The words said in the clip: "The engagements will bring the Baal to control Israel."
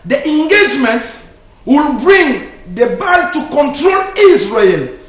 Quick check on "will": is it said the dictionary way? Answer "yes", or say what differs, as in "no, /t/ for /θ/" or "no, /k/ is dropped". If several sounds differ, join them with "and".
yes